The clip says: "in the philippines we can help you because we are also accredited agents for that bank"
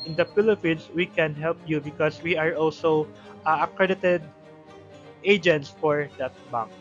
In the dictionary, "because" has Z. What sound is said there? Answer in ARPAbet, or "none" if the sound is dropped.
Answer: S